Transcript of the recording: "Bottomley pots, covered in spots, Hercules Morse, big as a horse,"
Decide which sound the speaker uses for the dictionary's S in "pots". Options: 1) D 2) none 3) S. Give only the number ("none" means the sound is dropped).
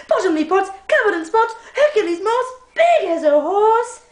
2